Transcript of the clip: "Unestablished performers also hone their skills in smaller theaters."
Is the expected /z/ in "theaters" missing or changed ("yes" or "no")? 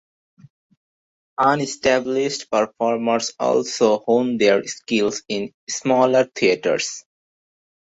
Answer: yes